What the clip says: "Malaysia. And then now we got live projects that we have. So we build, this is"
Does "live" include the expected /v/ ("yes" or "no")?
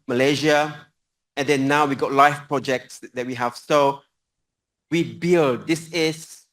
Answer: no